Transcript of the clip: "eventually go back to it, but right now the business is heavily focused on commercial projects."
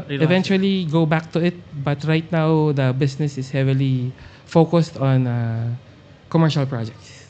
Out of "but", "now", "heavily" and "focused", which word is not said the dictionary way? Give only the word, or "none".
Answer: none